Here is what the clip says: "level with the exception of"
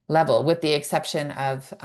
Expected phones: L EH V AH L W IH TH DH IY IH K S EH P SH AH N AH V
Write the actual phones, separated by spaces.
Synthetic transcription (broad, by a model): L EH V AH L W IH DH IY IH K S EH P SH AH N AH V